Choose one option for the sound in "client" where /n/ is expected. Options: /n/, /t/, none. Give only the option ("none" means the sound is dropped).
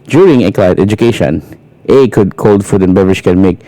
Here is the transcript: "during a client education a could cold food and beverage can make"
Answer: none